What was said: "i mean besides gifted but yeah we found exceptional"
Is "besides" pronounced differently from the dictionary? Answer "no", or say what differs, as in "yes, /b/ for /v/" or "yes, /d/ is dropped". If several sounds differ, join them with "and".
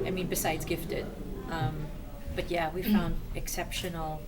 no